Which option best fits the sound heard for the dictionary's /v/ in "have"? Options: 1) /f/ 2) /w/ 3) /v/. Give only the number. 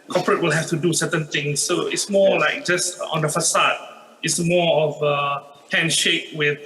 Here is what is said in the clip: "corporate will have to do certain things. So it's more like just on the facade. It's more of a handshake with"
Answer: 1